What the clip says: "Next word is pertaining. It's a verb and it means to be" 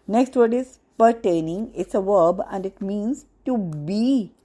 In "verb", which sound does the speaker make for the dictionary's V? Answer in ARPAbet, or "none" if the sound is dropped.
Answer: V